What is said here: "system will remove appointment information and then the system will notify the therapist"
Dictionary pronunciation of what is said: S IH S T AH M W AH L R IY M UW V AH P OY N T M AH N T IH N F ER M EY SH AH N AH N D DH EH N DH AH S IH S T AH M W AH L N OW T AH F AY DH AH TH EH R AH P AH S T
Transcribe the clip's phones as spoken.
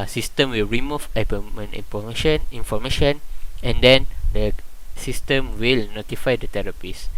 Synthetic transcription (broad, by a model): S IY S T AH M W AH L R IY M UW B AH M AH N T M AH N IY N F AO M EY SH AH N AH N D EH N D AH S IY S T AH M W AH L N OW T AH F AY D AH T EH R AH P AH S